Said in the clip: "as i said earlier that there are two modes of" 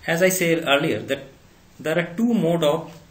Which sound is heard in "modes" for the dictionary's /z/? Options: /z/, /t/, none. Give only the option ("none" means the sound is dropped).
none